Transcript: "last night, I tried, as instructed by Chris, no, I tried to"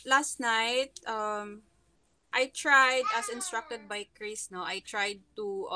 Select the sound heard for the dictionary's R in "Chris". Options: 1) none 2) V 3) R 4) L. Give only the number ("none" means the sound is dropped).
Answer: 3